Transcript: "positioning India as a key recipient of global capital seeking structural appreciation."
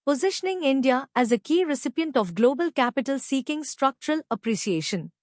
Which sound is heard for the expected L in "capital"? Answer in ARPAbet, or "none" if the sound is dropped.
L